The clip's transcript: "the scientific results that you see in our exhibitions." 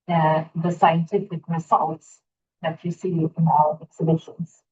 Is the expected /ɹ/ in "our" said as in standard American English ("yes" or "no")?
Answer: no